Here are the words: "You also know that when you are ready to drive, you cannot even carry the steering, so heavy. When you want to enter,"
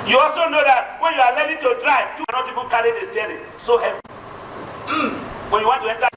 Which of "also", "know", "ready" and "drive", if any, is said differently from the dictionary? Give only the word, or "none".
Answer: ready